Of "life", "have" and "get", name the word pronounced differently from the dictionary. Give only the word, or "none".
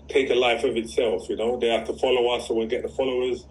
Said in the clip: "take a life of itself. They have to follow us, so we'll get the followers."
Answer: have